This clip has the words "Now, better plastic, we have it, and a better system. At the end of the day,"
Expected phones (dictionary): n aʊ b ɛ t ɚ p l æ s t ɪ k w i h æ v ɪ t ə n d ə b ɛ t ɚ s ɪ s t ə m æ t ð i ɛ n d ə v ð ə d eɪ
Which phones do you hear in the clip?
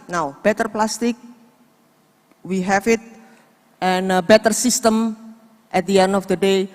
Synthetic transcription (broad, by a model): n aʊ b ɛ t ɚ p l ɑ s t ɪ k w i h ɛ f ɪ t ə n ə b ɛ t ɚ s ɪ s t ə m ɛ t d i ɛ n d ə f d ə d eɪ